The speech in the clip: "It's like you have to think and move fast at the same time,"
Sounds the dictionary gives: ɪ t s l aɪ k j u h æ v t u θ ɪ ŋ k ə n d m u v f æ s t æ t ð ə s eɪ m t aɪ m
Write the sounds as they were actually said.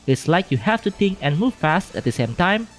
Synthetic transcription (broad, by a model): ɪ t s l aɪ k j u h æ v t u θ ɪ ŋ k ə n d m u v f æ s t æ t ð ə s eɪ m t aɪ m